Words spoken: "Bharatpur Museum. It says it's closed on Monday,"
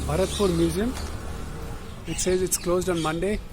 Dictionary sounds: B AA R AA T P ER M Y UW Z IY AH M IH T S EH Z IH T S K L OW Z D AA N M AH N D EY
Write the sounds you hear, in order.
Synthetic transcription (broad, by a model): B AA R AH T P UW M Y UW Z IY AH M IH T S EH Z IH T S K L OW Z D AA N M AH N D EY